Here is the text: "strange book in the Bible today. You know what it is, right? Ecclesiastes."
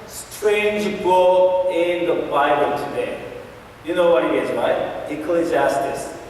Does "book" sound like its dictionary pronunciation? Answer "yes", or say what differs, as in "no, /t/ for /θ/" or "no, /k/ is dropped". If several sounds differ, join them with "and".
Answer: no, /k/ is dropped